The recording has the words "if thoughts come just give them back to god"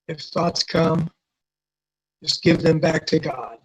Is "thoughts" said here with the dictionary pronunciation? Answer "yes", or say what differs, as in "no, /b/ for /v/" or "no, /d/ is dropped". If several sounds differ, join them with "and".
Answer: yes